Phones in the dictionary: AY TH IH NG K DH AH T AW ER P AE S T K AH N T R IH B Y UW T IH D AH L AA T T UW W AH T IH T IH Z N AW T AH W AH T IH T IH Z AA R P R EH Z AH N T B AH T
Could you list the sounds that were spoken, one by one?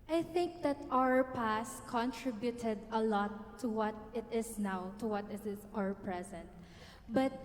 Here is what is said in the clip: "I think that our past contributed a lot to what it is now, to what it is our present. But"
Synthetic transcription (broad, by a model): AY TH IH NG K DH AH T AW ER P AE S T K AH N T R IH B Y UW T IH D AH L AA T T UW W AH T IH T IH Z N AW T AH W AH T IH T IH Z AA R P R EH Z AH N T B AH T